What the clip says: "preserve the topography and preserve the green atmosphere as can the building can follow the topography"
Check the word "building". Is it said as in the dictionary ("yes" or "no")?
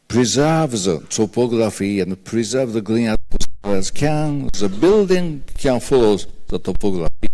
yes